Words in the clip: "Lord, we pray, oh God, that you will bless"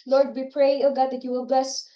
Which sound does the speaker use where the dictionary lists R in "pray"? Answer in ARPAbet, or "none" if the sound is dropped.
R